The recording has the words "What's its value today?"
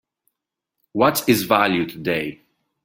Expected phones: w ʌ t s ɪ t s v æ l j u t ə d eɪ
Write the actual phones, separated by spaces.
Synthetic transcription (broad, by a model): w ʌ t ɪ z v æ l j u t ə d eɪ